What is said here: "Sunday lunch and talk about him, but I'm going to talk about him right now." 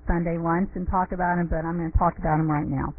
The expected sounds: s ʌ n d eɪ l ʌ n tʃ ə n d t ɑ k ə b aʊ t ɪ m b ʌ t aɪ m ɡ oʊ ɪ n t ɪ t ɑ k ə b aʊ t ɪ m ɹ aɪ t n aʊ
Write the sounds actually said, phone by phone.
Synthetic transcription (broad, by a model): s ʌ n d eɪ w ʌ n s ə n t ɑ k ə b aʊ t ɪ m b ʌ t aɪ m ɡ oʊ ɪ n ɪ t ɑ k ə b aʊ t ɪ m ɹ aɪ t n aʊ